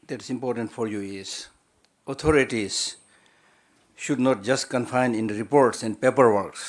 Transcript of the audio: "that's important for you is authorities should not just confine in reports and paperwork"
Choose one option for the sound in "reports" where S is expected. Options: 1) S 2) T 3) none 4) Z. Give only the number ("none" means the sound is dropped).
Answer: 1